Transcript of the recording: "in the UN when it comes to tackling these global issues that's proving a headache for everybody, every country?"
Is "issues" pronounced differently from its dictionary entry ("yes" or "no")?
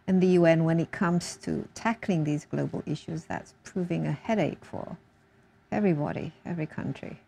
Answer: no